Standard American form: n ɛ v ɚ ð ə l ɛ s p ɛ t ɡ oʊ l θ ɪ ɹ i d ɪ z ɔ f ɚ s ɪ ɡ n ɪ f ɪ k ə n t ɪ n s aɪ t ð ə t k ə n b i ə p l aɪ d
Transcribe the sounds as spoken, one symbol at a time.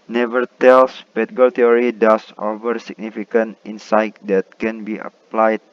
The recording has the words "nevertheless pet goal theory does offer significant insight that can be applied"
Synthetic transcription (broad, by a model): n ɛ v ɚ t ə l s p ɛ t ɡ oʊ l t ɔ ɹ i d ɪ s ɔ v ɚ s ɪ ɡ n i f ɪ k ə n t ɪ n s aɪ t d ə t k ə n b i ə p l aɪ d